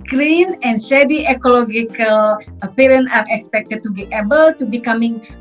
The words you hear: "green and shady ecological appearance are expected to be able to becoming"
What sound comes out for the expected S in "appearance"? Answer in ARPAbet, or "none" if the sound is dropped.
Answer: none